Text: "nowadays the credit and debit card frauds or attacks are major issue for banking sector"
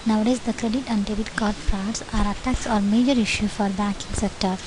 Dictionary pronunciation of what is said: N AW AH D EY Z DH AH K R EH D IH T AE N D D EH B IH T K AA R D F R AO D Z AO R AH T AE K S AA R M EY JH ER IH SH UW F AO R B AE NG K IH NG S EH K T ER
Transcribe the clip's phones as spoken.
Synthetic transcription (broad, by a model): N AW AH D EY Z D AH K R EH D IH T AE N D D EH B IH T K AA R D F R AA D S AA R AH T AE K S AA R M EY JH ER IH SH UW F AO R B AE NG K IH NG S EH K T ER